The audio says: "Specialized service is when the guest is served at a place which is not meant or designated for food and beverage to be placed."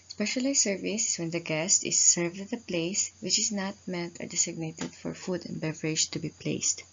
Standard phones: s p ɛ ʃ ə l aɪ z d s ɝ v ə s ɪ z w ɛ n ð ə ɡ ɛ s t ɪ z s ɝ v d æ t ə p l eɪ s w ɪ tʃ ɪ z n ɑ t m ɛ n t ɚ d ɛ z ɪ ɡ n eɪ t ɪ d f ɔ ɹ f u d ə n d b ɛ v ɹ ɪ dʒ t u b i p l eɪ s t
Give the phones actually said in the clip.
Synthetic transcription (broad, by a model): s p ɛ ʃ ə l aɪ s ɝ v ə s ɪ s w ɛ n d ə ɡ ɛ s t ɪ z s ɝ v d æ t ə p l eɪ s w ɪ tʃ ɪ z n ɑ t m ɛ n t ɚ d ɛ s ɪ ɡ n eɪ t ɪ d f ɔ ɹ f u d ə n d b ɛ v ɹ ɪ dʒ t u b i p l eɪ s t